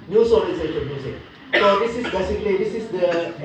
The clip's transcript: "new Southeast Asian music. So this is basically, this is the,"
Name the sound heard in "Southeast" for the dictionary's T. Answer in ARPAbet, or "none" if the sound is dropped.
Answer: none